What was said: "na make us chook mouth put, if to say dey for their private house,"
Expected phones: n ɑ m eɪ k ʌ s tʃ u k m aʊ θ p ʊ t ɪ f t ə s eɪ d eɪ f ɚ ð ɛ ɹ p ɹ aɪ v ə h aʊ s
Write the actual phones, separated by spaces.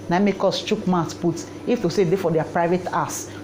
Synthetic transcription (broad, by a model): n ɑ m eɪ k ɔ s tʃ u k m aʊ s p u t ɪ f t ə s eɪ d eɪ f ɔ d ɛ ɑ p ɹ aɪ v ə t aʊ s